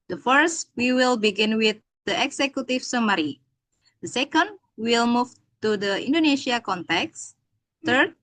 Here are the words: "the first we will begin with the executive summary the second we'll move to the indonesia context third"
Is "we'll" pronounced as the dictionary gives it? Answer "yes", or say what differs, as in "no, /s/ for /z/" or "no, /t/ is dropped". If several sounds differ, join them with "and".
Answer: yes